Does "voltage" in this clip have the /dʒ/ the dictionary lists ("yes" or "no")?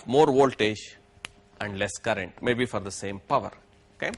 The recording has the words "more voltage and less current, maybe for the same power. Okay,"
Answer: no